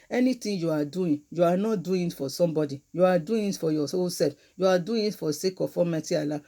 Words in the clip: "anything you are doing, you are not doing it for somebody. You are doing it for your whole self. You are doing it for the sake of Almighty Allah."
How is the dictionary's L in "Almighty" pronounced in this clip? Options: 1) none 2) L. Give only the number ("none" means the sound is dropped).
1